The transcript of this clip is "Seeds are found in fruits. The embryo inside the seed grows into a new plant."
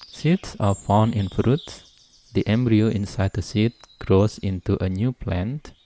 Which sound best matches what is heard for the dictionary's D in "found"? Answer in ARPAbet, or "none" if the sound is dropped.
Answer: none